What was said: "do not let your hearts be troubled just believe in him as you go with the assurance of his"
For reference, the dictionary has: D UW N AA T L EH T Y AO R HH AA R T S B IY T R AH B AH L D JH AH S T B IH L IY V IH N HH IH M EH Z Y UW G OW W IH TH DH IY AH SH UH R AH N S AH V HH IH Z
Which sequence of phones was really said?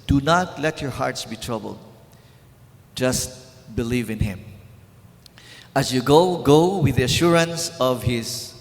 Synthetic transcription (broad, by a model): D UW N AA T L EH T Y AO R HH AA R T S B IY T R AH B AH L D JH AH S T B IH L IY V IH N HH IH M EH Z Y UW G OW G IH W DH IY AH SH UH R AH N S AH V HH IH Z